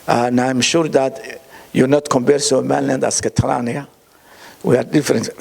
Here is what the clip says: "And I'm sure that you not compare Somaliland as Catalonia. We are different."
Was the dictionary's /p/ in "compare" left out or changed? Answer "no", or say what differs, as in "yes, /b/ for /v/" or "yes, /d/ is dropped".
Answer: yes, /b/ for /p/